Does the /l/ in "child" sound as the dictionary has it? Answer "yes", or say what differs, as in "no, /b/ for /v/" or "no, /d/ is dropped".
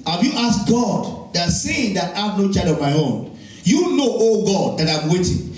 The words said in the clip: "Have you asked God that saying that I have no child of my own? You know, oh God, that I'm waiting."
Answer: no, /l/ is dropped